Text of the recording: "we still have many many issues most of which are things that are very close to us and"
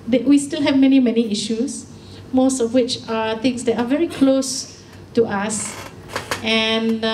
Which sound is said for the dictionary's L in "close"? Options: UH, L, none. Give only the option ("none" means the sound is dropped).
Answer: L